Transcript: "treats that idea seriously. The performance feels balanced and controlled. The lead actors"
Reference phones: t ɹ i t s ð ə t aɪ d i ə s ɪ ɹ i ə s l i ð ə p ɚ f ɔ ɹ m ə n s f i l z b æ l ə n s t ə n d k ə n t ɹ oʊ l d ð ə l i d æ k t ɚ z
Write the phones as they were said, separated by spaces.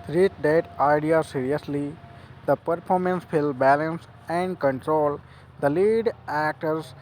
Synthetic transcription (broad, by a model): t ɹ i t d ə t aɪ d i ə s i ɹ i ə s l i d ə p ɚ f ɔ ɹ m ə n s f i l b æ l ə n s ə n d k ə n t ɹ oʊ l d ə l i d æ k t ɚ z